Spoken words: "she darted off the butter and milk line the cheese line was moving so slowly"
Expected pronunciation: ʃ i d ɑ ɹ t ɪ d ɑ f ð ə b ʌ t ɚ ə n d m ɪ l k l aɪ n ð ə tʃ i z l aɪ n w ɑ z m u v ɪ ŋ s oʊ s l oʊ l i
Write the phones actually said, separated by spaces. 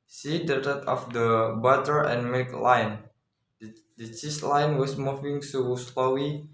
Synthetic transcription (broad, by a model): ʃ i d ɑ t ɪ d ɑ f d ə b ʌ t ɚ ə n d m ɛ k l aɪ n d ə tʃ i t l aɪ n w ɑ s m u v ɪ ŋ s oʊ s l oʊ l i